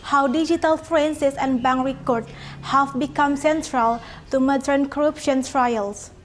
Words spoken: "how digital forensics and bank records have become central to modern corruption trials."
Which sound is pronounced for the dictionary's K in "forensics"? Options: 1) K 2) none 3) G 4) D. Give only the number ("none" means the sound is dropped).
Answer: 2